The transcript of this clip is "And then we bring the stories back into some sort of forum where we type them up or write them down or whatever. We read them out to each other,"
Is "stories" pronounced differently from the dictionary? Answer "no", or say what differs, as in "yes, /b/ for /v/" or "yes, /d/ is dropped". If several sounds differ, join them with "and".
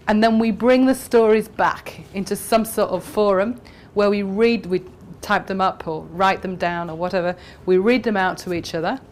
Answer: no